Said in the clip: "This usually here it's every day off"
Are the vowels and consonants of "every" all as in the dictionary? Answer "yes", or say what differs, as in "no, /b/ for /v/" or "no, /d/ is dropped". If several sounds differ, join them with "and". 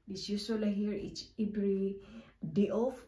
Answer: no, /b/ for /v/